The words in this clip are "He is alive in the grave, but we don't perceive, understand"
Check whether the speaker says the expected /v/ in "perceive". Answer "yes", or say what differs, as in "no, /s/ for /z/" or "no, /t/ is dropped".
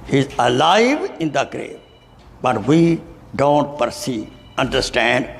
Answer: no, /v/ is dropped